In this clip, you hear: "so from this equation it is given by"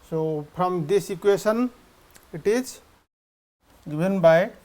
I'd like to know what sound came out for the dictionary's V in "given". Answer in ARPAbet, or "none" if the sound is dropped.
B